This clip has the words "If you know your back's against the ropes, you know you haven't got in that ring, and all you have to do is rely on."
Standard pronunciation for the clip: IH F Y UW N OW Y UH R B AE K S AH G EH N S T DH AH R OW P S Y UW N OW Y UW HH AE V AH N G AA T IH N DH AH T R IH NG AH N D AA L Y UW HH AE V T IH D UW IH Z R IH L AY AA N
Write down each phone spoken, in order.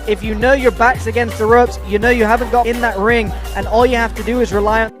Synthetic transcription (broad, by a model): IH F Y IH N OW Y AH R B AE K S AH G EH N S T DH AH R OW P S Y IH N OW Y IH HH AE V AH N G AA T IH N DH AH T R IH NG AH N AA L Y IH HH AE F T IH D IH IH Z R IH L AY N